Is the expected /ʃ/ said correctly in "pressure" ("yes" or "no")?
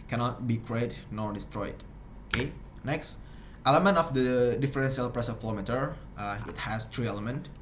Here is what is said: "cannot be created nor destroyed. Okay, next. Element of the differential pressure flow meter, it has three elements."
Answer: no